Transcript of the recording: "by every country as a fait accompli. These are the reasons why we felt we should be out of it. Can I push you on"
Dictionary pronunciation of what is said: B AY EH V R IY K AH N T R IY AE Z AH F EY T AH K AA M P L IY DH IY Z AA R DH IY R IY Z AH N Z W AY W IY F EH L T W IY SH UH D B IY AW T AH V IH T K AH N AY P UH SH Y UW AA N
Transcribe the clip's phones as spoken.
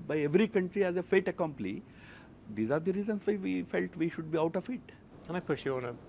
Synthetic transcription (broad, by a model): B AY EH V R IY K AH N T R IY AE Z AH F EY T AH K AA M P N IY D IY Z AA R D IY R IY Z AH N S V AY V IY F EH L T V IY SH UH D B IY AW T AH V IH T K AH N AY P UH SH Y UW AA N